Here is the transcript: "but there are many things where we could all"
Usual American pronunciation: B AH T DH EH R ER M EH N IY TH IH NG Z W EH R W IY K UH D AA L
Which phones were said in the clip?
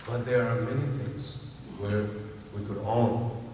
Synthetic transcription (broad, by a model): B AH T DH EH R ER M EH N IY TH IH NG Z W EH R W IY K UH D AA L